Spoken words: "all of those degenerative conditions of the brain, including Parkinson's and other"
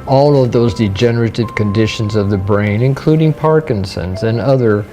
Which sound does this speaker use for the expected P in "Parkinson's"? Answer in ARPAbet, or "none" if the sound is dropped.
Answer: P